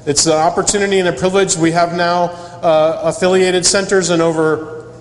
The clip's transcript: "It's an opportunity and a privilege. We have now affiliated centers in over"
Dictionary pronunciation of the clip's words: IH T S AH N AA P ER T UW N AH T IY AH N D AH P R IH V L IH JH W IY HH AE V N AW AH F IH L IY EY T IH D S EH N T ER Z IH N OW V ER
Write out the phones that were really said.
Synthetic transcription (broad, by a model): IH T S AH AA P ER T UW N AH T IY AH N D AH P R IH V L IH JH W IY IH V N AW AH F IH L IY EY T IH D S EH N T ER Z IH N OW V ER